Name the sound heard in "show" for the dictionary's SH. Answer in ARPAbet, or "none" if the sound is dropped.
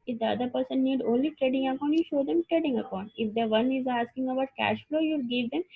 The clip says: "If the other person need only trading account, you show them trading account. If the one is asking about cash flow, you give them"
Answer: SH